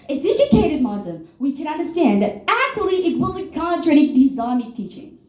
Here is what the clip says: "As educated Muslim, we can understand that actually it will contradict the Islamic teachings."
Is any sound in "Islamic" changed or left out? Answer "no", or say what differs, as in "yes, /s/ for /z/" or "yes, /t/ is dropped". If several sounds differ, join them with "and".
yes, /l/ is dropped